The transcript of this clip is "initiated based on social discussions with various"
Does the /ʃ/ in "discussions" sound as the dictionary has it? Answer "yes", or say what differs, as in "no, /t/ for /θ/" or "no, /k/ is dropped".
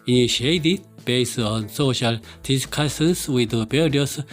no, /s/ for /ʃ/